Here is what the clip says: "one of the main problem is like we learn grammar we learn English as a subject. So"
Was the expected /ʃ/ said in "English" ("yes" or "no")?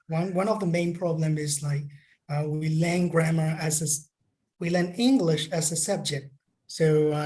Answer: yes